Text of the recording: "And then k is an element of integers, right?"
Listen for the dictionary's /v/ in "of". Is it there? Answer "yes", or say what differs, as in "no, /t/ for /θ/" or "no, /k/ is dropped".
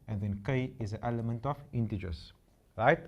no, /f/ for /v/